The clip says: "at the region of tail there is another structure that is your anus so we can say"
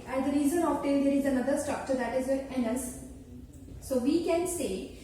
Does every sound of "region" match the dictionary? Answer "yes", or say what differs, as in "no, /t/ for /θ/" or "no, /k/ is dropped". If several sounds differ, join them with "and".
no, /z/ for /dʒ/